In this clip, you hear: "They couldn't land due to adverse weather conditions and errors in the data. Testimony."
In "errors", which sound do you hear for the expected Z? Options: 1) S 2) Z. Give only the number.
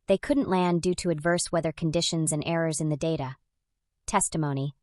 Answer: 2